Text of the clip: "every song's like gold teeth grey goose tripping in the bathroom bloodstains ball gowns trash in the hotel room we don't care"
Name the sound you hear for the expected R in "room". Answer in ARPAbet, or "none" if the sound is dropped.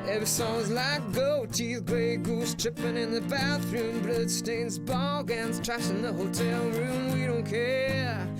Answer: R